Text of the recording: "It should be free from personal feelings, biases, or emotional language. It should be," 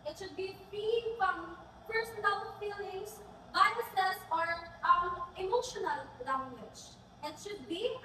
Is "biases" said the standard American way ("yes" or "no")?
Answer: no